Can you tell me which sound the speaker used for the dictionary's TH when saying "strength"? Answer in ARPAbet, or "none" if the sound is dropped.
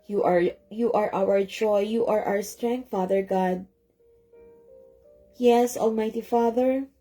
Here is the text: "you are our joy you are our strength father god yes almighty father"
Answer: T